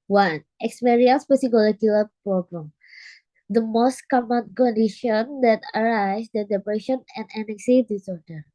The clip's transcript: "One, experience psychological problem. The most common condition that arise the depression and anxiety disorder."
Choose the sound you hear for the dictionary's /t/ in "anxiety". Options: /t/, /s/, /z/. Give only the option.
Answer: /s/